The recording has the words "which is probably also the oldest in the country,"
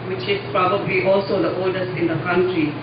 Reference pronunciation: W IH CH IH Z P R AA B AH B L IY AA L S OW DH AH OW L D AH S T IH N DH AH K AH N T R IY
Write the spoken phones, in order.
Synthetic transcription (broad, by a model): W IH CH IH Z P R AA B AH B L IY AA L S OW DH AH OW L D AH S IH N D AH K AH N T R IY